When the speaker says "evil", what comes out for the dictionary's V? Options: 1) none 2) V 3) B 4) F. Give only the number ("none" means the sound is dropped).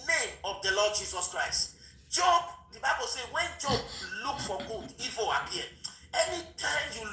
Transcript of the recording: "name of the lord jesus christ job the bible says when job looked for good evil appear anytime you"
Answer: 4